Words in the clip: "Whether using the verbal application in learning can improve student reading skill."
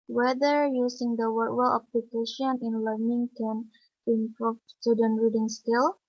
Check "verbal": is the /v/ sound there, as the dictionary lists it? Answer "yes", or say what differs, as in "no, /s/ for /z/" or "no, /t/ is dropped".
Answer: no, /w/ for /v/